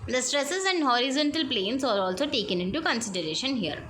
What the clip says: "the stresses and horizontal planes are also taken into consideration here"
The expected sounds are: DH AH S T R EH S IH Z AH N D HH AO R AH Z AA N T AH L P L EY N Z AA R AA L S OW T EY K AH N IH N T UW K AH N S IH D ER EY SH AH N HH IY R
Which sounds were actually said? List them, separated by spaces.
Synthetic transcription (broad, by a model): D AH S T R EH S IH Z AH N D HH AO R AH Z AA N T AH L P L EY N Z AA R AA L S OW T EY K AH N IH N T UW K AH N S IH D ER EY SH AH N HH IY R